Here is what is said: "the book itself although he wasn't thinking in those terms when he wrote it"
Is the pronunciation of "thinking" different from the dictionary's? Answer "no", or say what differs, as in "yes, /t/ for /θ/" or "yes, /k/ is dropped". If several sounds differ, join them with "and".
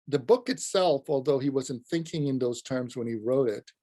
no